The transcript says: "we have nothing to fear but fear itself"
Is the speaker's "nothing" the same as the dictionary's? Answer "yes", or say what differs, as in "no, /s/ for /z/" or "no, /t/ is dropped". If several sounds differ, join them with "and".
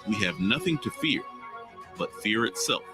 yes